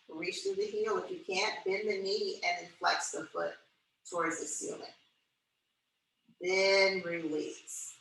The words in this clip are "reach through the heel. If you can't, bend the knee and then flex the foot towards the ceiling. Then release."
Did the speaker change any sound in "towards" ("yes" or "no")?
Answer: no